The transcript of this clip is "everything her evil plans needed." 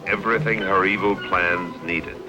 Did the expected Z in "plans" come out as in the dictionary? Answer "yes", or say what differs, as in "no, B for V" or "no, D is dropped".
yes